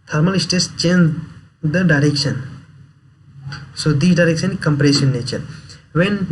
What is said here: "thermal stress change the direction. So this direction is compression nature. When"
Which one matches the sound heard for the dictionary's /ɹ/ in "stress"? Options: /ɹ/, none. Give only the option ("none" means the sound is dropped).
none